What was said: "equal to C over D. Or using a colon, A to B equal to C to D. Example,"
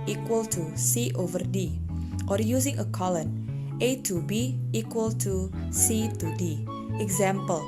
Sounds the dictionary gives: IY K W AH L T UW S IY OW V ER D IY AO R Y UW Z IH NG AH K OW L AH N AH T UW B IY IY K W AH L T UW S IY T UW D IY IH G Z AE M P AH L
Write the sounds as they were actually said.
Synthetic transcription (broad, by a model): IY K W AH L T UW S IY OW V ER D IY AO R Y UW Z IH NG AH K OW L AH N AH T UW B IY IY K W AH L T UW S IY T UW D IY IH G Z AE M P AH L